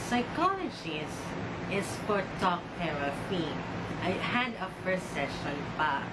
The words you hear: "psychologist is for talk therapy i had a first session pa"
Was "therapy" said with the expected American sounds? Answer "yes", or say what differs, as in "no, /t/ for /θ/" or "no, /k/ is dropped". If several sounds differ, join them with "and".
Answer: no, /t/ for /θ/